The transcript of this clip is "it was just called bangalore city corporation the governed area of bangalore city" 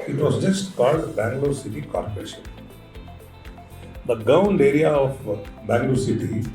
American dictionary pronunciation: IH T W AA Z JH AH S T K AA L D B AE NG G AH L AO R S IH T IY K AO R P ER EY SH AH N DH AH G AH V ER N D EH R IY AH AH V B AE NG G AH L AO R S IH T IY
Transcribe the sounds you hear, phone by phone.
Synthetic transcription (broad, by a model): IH T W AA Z JH AH S T K AA L D B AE NG G L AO S IH T IY K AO R P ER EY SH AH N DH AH G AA UH N D EH R IY AH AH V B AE NG G L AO S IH T IY